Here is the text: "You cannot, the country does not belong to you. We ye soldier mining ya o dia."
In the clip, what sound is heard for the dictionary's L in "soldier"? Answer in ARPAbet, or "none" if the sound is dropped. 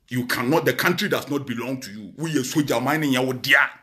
none